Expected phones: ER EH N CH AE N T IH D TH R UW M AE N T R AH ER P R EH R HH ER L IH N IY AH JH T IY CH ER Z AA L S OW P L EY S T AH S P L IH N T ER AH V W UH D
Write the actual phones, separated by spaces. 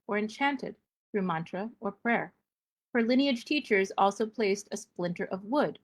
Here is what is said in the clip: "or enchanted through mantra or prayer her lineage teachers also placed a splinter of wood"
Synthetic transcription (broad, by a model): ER EH N CH AE N T IH D TH R UW M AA N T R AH ER P R EH R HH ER L IH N IY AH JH T IY CH ER Z AA L S OW P L EY S T AH S P L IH N T ER AH V W UH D